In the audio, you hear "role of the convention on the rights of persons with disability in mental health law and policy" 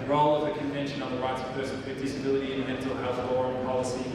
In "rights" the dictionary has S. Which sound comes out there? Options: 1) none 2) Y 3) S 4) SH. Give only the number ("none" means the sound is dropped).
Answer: 3